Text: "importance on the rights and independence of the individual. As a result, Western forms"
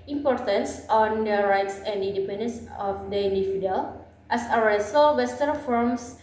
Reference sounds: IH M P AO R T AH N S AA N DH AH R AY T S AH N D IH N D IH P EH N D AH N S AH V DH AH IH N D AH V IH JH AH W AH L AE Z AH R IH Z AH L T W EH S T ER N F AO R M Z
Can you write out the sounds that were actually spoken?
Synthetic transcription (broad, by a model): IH M P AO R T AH N S AA N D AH R AY T S AH N D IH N D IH P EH N D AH N S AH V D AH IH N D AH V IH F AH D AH L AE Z AH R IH S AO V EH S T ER F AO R M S